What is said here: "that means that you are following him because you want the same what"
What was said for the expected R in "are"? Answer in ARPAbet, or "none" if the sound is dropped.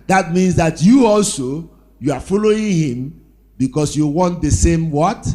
L